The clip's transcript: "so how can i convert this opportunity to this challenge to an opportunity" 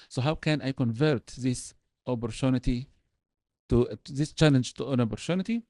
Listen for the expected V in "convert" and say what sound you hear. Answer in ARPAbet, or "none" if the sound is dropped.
V